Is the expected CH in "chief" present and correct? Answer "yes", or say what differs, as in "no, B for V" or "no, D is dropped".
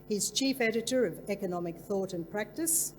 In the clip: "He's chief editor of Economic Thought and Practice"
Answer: yes